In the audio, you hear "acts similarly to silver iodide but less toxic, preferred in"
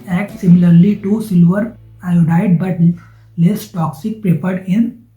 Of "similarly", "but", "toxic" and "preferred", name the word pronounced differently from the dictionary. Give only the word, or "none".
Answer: preferred